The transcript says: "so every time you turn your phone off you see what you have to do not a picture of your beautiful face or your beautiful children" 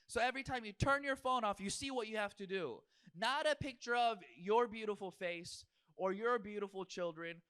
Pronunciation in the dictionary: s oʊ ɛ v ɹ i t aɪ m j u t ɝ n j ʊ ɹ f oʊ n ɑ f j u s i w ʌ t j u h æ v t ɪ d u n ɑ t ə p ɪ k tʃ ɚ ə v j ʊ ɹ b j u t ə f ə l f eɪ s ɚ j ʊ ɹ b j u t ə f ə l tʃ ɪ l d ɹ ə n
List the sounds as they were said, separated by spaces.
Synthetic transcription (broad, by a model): s oʊ ɛ v ɹ i t aɪ m j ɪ t ɝ n j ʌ ɹ f oʊ n ɑ f j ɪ s i w ʌ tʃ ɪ h æ f t ɪ d u n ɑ t ə p ɪ k tʃ ɚ ə v j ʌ ɹ b j u t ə f l f eɪ s ɚ j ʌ ɹ b j u t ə f l tʃ ɪ l d ɹ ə n